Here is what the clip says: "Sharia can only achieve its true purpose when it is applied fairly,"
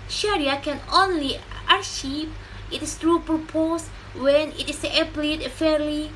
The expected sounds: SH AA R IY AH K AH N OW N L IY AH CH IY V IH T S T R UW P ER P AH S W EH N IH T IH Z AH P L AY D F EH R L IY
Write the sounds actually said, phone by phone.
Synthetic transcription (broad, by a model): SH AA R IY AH K AH N OW N L IY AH SH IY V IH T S T R UW P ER P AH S W EH N IH T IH S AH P L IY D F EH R L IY